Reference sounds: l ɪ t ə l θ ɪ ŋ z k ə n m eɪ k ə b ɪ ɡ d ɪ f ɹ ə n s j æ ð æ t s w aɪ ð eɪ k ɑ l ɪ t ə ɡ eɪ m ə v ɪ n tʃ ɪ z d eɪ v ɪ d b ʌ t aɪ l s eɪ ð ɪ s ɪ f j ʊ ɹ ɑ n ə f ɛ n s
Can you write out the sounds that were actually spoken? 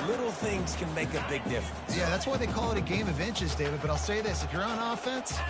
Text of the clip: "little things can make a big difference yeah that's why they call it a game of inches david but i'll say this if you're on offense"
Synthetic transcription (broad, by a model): l ɪ t l θ ɪ ŋ z k ə n m eɪ k ə b ɪ ɡ d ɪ f ɹ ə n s j æ ð æ t s w aɪ ð eɪ k ɑ l ɪ t ə ɡ eɪ m ə v ɪ n tʃ ɪ z d eɪ v ɪ d b ʌ t aɪ l s eɪ ð ɪ s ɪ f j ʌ ɹ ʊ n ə f ɛ n s